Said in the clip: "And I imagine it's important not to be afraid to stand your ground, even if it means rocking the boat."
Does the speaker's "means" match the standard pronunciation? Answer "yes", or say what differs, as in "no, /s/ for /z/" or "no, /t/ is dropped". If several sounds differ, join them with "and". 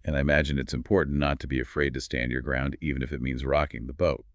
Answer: yes